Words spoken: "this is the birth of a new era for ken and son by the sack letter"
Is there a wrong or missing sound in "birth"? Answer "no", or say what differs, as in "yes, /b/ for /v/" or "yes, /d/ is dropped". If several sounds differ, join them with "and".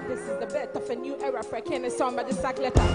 yes, /t/ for /θ/